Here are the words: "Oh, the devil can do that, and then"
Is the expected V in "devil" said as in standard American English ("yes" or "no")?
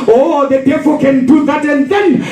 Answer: no